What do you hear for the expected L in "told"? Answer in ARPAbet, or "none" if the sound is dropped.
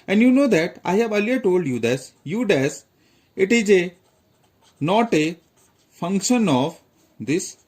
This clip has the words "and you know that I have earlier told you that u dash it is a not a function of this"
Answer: L